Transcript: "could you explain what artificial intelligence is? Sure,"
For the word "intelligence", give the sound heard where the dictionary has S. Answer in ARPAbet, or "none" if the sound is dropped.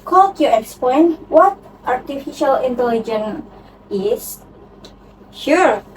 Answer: none